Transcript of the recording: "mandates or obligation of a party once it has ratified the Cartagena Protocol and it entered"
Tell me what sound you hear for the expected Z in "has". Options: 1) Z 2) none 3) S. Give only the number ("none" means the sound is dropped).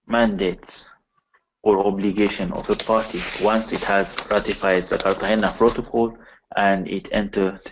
1